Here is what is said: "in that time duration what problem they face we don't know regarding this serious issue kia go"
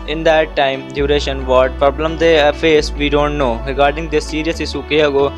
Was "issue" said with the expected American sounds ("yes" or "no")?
no